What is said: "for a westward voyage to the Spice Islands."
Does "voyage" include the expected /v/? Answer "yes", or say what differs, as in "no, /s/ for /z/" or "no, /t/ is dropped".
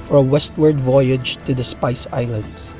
yes